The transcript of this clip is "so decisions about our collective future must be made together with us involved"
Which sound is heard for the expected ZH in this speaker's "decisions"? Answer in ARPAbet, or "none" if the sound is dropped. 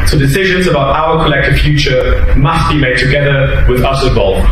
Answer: ZH